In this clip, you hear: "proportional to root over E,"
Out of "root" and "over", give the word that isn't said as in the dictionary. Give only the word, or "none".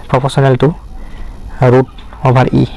over